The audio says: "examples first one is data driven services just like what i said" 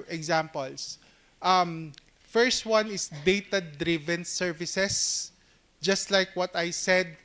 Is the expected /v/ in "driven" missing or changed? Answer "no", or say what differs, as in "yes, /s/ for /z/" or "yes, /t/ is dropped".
no